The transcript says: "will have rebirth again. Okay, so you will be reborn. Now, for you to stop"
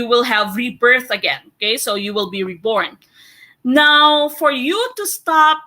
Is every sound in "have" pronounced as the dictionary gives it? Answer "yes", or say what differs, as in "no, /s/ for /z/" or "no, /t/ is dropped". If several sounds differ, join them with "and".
yes